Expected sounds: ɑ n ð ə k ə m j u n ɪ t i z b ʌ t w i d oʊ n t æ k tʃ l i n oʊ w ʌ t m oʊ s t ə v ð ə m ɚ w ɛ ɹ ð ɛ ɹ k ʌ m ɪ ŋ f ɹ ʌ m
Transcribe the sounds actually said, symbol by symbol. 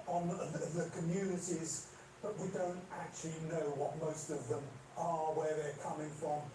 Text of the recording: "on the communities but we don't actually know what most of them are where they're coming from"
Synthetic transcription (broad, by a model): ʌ n ð ə k ə m j u n ɪ t i z b ʌ t w i d oʊ n t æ k tʃ l i n oʊ w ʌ t m oʊ s t ə v ð ə m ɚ w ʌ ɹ ð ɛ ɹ k ʌ m ɪ ŋ f ɹ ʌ m